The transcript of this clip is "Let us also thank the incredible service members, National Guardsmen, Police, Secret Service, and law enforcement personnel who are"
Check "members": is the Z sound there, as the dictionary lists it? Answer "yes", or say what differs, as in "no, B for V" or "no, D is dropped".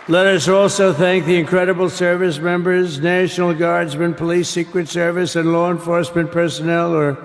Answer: yes